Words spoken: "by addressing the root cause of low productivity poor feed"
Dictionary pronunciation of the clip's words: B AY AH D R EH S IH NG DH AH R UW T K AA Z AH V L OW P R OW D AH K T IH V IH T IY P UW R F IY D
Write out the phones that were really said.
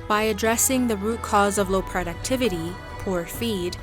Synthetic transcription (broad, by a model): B AY AH D R EH S IH NG DH AH R UW T K AA Z AH V L OW P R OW D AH K T IH V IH T IY P UW R F IY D